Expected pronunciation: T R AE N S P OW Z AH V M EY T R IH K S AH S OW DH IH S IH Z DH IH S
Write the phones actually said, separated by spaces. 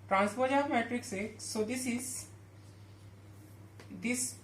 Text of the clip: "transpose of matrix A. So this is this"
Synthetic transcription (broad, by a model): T R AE N S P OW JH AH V M EY T R IH K S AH S OW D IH S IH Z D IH S